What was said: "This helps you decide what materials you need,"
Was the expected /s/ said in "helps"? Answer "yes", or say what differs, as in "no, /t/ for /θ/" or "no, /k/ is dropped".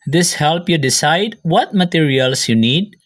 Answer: no, /s/ is dropped